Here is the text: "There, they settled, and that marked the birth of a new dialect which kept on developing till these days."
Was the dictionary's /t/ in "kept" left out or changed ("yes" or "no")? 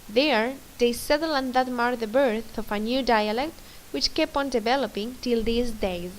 yes